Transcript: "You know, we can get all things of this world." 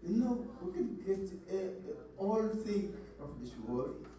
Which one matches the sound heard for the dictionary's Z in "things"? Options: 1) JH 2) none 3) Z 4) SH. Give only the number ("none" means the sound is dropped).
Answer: 2